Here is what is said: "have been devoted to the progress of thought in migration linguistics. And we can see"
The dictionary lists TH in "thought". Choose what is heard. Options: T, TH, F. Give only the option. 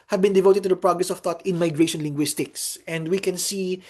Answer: T